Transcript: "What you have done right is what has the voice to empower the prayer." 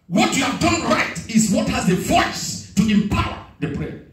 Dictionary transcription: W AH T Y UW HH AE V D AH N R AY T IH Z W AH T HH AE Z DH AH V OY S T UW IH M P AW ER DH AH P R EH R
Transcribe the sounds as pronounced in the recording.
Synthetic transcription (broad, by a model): W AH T Y UW HH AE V D AH N R AY T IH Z W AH T HH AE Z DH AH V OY S T UW IH M P AW ER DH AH P R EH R